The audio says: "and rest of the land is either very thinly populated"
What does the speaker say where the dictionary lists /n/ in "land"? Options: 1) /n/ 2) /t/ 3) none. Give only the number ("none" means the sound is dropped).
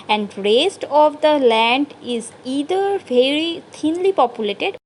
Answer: 1